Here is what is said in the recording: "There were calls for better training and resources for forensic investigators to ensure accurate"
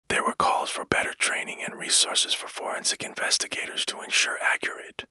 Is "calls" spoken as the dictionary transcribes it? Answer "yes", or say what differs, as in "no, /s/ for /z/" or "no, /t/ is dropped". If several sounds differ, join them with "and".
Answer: yes